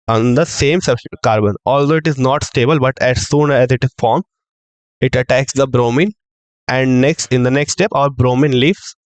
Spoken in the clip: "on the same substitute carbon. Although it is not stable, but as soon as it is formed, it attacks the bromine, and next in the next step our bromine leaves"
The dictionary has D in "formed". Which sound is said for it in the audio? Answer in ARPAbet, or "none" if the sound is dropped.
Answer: none